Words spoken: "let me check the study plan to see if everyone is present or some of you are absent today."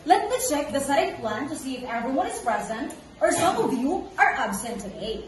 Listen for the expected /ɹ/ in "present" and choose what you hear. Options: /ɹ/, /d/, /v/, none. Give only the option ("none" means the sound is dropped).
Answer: /ɹ/